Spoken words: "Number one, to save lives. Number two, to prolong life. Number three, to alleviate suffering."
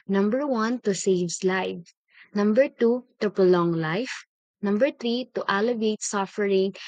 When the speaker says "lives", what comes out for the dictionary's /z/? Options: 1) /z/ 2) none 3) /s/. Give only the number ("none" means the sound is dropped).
2